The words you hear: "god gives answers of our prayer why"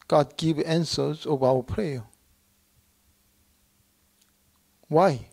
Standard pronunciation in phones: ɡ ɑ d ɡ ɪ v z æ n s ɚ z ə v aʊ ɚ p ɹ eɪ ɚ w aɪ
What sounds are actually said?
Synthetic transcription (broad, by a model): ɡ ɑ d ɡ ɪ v æ n s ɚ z ə v aʊ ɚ p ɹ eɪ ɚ w aɪ